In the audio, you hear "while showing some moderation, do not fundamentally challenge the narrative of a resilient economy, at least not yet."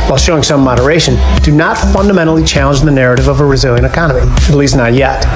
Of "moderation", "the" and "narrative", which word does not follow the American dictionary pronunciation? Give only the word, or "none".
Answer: none